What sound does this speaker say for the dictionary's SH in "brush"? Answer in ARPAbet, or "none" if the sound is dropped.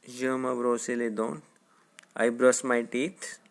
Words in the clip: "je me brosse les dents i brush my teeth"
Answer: S